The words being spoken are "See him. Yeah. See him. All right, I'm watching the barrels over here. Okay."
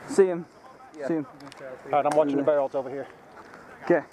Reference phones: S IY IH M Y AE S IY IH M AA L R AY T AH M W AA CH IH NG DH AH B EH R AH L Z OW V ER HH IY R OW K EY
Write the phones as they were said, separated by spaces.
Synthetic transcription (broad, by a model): S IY IH M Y S IY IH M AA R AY AH M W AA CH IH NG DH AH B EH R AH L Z OW V ER HH IY R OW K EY